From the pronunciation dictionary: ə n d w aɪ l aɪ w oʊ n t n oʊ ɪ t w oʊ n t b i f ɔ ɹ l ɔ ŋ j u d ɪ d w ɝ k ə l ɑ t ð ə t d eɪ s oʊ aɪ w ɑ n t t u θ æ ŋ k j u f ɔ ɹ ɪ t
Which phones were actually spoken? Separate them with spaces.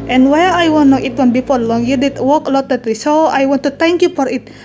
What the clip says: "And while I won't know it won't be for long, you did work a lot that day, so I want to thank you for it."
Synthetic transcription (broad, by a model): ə n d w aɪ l aɪ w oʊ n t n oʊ ɪ t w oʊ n b i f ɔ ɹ l ɔ ŋ j u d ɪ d w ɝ k ə l ɑ t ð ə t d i s oʊ aɪ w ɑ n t t u t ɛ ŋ k j u f ɔ ɹ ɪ t